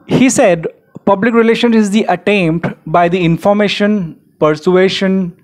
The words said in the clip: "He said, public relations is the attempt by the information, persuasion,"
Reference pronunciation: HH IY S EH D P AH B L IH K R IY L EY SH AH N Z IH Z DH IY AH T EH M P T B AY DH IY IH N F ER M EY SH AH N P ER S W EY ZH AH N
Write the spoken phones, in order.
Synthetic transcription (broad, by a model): HH IY S EH D P AH B L IH K R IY L EY SH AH N IH Z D IY AH T EH M P T B AY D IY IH N F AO M EY SH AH N P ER S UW EY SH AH N